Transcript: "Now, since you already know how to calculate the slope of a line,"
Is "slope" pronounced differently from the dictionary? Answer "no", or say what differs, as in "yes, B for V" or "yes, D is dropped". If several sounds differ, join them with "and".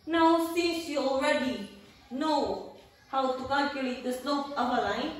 yes, N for L